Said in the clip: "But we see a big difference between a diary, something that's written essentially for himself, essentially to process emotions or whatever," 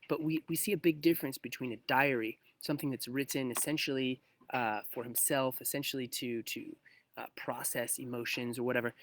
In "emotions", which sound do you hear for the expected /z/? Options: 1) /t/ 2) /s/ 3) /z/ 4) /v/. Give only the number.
3